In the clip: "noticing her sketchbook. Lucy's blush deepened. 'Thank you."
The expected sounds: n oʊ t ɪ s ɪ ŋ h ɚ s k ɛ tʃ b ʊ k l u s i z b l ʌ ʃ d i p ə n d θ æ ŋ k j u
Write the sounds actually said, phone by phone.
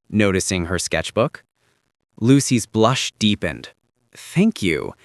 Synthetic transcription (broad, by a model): n oʊ t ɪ s ɪ ŋ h ɚ s k ɛ tʃ b ʊ k l u s i z b l ʌ ʃ d i p ə n d θ æ ŋ k j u